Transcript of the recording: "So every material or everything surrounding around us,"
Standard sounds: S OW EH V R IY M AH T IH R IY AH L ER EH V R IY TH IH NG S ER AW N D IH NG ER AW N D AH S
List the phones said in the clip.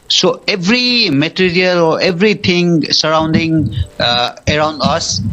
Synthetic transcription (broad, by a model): S OW EH V R IY M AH T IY R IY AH L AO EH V R IY T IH NG S ER AW N D IH NG ER AW N D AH S